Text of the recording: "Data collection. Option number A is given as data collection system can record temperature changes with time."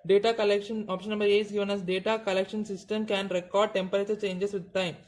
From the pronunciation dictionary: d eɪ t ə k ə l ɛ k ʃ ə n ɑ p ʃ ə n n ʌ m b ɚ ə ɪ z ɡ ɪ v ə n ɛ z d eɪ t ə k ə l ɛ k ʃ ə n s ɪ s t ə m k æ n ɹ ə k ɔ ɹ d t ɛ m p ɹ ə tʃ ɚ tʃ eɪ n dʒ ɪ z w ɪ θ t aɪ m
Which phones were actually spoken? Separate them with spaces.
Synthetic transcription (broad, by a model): d eɪ t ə k ə l ɛ k ʃ ə n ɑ p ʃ ə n n ʌ m b ɚ ə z ɡ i v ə n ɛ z d eɪ t ə k ə l ɛ k ʃ ə n s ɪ s t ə m k æ n ɹ ə k ɔ ɹ d t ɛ m p ɹ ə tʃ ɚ tʃ eɪ n dʒ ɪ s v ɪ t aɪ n